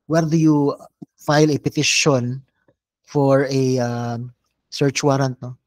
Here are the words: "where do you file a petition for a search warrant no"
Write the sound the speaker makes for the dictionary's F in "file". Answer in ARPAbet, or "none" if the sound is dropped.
F